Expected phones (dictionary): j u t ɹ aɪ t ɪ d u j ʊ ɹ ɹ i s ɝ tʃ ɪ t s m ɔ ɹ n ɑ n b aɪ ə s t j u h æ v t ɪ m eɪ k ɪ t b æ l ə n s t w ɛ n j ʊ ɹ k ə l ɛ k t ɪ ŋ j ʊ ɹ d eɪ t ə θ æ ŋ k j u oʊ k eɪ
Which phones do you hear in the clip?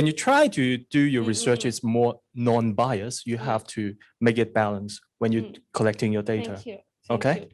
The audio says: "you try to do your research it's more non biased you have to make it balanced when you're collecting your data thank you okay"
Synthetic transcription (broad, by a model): j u t ɹ aɪ t ɪ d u j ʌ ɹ ɹ i s ɝ tʃ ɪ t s m ɔ ɹ n ɑ n b aɪ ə s j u h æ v t ɪ m eɪ k ɪ t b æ l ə n s w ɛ n j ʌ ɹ k ə l ɛ k t ɪ ŋ j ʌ ɹ d eɪ t ə oʊ k eɪ